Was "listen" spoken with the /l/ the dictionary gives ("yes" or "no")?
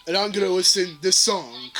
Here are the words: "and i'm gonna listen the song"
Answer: no